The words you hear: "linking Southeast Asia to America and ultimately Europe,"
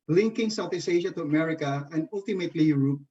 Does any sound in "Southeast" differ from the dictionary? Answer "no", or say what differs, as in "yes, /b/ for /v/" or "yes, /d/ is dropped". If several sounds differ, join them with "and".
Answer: yes, /t/ is dropped